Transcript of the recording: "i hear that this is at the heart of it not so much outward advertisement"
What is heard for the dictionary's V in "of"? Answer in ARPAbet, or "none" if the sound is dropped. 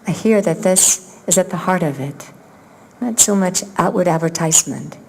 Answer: V